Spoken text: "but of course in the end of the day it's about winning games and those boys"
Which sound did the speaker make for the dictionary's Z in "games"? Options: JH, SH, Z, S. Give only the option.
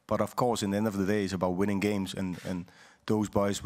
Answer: Z